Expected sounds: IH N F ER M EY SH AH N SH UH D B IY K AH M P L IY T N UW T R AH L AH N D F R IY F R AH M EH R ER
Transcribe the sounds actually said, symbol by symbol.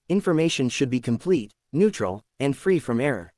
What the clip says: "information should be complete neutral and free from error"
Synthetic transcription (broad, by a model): IH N F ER M EY SH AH N SH UH D B IY K AH M P L IY T N UW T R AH L AH N D F R IY F R AH M EH R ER